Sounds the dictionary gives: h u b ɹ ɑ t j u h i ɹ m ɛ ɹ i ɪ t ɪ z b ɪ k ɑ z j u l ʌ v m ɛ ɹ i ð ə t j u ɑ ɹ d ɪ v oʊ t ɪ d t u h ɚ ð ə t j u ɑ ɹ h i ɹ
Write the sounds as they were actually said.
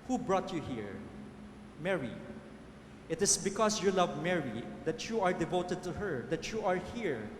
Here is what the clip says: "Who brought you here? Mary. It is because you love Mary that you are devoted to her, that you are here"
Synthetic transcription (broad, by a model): h u b ɹ ɑ t j u h i ɹ m ɛ ɹ i ɪ t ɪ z b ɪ k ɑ s j u l ʌ v m ɛ ɹ i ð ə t j u ɑ ɹ d ɪ v oʊ t ɪ d t u h ɚ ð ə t j u ɑ ɹ h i ɹ